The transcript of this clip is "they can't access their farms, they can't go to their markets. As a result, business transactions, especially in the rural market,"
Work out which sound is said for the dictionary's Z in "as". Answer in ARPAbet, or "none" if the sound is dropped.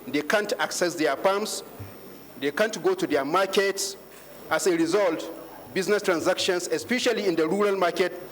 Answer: S